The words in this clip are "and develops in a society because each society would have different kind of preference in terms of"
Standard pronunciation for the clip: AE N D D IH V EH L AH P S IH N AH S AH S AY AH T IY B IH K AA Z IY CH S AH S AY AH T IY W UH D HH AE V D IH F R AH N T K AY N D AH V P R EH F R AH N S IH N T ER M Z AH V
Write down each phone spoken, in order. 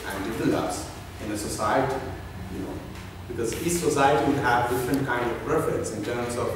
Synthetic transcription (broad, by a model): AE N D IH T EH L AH S IH N AH S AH S AY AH T IY B IH K AA Z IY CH S AH S AY AH T IY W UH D HH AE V D IH F R AH N T K AY N D AH V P R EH F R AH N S IH N T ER M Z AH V